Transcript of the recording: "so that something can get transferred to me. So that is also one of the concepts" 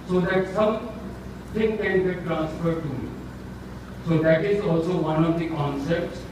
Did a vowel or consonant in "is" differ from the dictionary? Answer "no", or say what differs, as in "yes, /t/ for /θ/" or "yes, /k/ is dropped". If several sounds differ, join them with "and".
no